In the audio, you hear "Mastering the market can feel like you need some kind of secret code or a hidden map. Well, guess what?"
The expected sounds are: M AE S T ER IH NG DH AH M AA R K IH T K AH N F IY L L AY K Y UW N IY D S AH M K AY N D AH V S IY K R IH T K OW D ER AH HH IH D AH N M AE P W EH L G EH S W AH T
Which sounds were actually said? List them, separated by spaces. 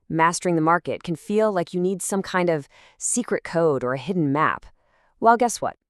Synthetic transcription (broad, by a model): M AE S T ER IH NG DH AH M AA R K IH T K AH N F IY L L AY K Y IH N IY D S AH M K AY N D AH V S IY K R IH T K OW D ER AH HH IH D N M AE P W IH L G EH S W AH T